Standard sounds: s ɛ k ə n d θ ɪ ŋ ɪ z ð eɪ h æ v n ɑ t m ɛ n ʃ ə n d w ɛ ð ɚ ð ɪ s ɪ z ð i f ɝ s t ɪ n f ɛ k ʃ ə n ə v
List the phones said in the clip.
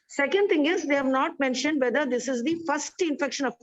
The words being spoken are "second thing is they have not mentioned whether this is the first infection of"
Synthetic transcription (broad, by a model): s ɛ k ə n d t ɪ ŋ ɪ z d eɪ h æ v n ɑ t m ɛ n ʃ ə n d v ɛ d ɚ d ɪ s ɪ z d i f ɝ s t ɪ n f ɛ k ʃ ə n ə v